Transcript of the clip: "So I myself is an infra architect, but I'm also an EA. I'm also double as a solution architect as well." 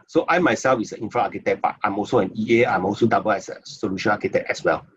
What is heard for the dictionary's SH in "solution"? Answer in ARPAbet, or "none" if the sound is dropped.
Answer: SH